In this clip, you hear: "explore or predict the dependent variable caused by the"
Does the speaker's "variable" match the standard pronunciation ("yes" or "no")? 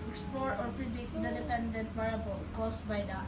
no